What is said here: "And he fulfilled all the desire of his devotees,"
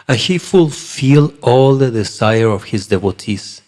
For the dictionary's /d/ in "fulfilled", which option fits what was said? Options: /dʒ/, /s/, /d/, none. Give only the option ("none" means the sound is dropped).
none